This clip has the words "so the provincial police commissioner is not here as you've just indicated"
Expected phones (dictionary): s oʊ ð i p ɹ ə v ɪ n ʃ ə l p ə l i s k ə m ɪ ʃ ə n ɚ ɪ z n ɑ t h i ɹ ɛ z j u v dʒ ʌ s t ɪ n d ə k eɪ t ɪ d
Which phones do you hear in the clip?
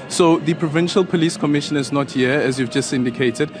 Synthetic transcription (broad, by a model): s oʊ ð i p ɹ ə v ɪ n ʃ ə l p ə l i s k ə m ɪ ʃ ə n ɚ ɪ z n ɑ t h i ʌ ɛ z j u v dʒ ʌ s t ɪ n d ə k eɪ t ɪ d